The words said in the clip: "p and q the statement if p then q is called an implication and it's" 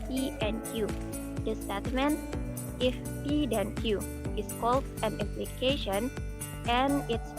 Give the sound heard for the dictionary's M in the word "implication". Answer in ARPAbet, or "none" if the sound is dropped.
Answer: none